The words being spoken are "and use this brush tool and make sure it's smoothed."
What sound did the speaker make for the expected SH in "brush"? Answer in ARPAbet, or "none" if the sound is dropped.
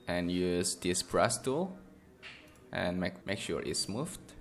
S